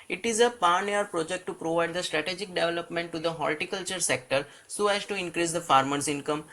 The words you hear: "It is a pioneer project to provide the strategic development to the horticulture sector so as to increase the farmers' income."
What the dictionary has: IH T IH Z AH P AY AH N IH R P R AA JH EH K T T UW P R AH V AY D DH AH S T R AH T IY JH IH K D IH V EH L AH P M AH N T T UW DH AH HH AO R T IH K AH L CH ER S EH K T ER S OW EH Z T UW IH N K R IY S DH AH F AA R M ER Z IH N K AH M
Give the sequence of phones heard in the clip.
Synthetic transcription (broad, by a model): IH T IH Z AH P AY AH N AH R P R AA JH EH K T T UW P R AH V AY D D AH S T R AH T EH JH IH K D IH V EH L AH P M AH N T T UW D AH HH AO L T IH K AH L CH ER S EH K T ER S OW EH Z T UW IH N K R IY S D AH F AA R M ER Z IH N K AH M